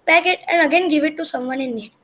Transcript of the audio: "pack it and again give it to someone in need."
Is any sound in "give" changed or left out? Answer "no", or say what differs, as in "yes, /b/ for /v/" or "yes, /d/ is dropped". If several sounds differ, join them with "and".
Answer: no